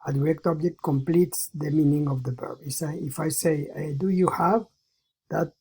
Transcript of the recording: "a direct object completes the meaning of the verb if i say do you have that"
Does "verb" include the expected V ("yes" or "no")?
no